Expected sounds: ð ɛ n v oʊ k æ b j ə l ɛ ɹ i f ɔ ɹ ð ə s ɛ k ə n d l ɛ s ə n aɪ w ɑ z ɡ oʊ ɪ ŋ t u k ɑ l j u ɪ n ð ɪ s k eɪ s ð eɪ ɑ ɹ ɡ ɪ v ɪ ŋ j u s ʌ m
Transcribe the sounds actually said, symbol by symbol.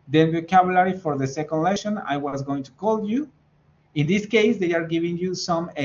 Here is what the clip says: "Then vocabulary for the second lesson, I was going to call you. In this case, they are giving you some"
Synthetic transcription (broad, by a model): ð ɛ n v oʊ k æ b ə l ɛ ɹ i f ɔ ɹ ð ə s ɛ k ə n d l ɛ ʃ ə n aɪ w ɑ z ɡ oʊ ɪ ŋ t u k ɑ l j u ɪ n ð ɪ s k eɪ s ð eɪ ɑ ɹ ɡ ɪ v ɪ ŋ j u s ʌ m